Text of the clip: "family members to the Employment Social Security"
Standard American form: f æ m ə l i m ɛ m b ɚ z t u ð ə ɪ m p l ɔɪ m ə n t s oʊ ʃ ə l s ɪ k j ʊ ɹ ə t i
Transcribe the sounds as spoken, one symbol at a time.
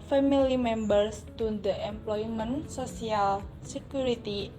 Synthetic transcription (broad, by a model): f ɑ m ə l i m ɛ m b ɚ s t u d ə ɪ m p l ɔɪ m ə n s oʊ s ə l s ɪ k j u ɹ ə t i